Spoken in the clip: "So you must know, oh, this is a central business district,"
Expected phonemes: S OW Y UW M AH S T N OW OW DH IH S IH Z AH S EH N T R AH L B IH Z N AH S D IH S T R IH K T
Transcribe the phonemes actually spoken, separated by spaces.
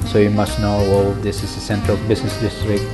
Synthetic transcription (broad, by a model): S OW Y UW M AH S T N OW OW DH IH S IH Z AH S EH N T R AH L B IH S N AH S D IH S T R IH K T